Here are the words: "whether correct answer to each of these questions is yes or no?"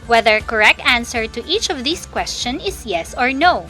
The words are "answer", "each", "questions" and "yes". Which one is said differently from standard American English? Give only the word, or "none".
questions